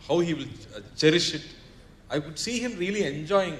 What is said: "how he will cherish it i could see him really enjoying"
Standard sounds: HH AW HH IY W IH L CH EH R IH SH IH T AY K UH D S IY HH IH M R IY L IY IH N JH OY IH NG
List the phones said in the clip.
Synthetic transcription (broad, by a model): HH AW HH IY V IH L CH EH R IH SH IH T AY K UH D S IY HH IH M R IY L IY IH N JH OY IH NG